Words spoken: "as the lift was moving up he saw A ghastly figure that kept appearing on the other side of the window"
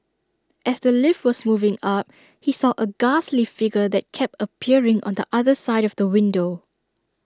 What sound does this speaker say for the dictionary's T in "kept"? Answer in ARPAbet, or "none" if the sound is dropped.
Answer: T